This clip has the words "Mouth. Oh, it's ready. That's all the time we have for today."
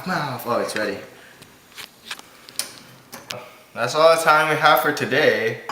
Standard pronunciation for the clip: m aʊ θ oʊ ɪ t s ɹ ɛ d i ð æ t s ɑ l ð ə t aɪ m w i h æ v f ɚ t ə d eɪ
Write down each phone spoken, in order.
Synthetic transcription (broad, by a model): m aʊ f oʊ ɪ t s ɹ ɛ d i ð æ t s ɑ l ð ə t aɪ m w i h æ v f ɚ t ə d eɪ